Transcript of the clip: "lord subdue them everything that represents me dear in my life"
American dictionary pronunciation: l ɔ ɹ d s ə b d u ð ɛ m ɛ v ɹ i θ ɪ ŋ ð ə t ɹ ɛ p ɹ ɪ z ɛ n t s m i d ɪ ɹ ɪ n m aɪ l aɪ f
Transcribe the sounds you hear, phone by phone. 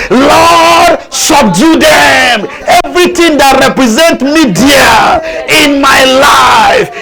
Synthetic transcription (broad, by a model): l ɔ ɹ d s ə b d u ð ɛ m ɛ v ɹ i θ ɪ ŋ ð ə t ɹ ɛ p ɹ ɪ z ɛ n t m i d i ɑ ɪ n m aɪ l aɪ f